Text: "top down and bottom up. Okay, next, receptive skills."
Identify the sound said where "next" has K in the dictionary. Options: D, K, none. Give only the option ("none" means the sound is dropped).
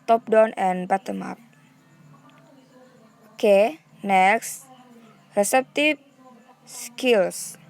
K